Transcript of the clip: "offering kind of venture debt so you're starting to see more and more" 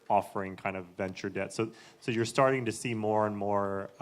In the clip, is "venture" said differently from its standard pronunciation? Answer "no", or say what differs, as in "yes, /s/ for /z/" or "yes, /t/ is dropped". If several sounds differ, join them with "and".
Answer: no